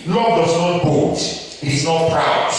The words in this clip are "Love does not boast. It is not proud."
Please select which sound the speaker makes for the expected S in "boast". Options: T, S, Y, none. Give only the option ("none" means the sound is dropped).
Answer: none